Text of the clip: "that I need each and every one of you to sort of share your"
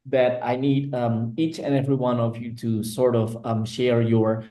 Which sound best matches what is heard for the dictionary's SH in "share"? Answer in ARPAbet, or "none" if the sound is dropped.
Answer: SH